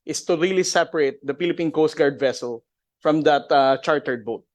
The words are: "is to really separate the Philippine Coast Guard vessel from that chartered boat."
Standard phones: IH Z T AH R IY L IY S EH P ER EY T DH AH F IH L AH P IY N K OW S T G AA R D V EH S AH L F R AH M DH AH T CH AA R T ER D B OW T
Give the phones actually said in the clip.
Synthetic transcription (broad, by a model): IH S T AH R IY L IY S EH P ER EY T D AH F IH L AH P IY N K OW S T G AA R D V EH S AH L F R AH M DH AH T CH AA R T ER D B OW T